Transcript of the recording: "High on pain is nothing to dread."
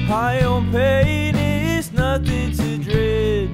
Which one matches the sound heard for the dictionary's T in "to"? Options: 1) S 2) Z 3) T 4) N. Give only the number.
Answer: 3